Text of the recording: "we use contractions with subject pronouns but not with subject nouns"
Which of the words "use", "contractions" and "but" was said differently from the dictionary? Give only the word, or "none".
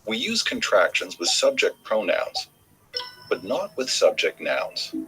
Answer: none